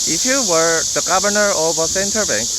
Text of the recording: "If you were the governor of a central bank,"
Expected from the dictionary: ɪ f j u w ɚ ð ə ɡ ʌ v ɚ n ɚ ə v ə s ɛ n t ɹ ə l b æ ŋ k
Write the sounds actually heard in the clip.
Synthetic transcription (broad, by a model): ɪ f j u w ɚ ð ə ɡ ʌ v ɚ n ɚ ə v ə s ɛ n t ə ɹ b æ ŋ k